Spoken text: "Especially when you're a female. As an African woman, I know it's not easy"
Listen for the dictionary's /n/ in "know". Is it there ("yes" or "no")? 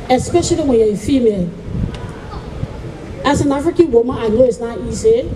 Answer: no